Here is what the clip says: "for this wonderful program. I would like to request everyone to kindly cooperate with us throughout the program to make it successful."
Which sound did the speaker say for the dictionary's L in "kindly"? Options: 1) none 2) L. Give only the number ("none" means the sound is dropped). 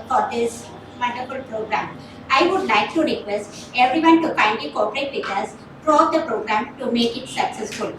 1